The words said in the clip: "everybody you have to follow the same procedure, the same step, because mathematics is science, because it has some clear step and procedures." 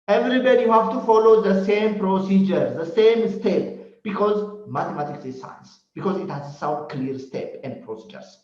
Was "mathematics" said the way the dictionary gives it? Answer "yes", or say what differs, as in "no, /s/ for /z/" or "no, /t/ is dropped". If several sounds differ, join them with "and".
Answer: no, /t/ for /θ/